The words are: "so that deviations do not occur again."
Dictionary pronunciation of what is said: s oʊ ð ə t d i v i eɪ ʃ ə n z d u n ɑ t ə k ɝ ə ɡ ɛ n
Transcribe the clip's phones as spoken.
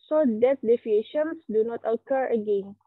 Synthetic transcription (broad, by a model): s oʊ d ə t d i f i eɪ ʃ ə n s d u n ɑ t ə k ɝ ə ɡ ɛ n